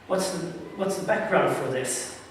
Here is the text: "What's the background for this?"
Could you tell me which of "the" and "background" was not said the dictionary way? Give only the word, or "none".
none